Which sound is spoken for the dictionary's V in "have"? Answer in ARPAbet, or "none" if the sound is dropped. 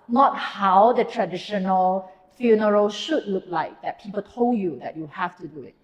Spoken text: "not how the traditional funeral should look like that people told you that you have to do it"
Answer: F